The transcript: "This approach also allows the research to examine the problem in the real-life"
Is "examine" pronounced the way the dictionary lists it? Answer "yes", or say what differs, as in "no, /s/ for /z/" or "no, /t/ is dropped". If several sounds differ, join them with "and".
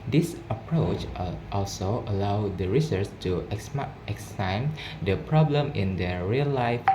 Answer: no, /m/ is dropped